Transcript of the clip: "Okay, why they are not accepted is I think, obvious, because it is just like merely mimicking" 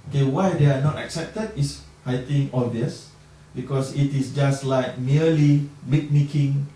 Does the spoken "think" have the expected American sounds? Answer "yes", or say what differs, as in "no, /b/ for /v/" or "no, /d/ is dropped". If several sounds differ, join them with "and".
no, /t/ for /θ/ and /k/ is dropped